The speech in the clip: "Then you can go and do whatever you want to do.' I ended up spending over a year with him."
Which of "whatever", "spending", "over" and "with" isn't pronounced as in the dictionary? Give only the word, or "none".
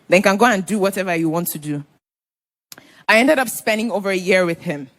none